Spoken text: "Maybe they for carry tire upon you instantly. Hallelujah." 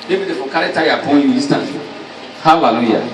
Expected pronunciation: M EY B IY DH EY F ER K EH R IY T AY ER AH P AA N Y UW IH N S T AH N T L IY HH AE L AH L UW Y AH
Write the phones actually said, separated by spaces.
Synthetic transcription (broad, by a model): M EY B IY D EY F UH K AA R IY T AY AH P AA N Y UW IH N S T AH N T IY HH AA L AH L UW Y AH